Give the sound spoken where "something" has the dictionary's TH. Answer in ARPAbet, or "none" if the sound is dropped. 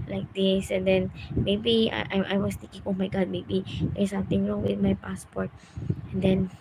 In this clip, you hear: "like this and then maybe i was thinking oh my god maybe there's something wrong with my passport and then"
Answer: T